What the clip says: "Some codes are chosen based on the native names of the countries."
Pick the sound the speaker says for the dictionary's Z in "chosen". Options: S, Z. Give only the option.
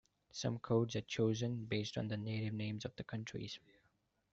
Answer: Z